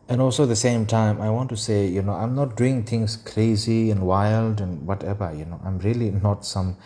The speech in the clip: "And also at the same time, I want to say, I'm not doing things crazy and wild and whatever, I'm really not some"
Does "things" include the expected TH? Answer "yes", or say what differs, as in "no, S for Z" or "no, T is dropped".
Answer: no, T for TH